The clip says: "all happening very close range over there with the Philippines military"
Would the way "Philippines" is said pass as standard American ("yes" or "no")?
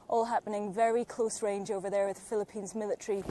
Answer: yes